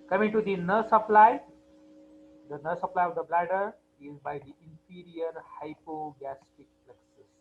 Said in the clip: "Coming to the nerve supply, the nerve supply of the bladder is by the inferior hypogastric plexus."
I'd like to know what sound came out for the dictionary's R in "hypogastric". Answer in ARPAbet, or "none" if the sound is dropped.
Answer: none